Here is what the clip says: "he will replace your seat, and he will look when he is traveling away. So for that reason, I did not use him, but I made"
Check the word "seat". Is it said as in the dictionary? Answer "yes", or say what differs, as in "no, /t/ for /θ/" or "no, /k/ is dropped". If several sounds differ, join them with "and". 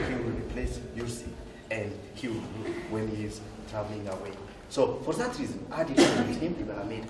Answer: no, /t/ is dropped